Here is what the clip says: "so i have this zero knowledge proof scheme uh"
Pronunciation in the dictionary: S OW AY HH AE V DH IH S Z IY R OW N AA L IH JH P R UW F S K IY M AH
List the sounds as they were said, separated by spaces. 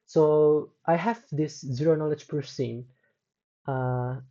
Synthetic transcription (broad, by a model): S OW AY HH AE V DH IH S Z IY R OW N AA L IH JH P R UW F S IY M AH